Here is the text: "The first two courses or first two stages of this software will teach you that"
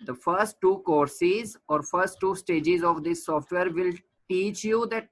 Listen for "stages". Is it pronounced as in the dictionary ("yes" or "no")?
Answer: yes